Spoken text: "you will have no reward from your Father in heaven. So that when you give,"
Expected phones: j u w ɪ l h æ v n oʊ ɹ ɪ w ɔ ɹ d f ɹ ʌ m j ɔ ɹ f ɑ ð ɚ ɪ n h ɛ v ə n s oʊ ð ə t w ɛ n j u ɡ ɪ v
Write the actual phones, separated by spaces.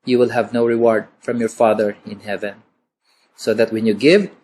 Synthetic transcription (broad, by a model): j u w ɪ l h æ v n oʊ ɹ ɪ w ɔ ɹ d f ɹ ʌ m j ɔ ɹ f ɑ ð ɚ ɪ n h ɛ v ə n s oʊ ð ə t w ɛ n j u ɡ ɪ v